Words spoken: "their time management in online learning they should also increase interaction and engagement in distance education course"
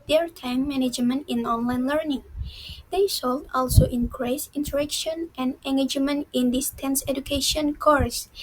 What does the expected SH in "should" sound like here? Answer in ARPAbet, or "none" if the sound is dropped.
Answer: S